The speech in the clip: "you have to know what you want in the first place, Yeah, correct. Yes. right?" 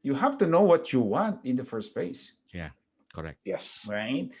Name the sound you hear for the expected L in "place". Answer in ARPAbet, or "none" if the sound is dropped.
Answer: none